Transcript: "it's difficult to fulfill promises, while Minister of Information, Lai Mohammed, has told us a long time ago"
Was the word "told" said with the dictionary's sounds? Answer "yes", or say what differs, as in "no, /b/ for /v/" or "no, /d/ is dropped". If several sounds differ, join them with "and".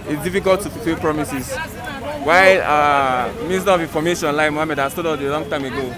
no, /l/ is dropped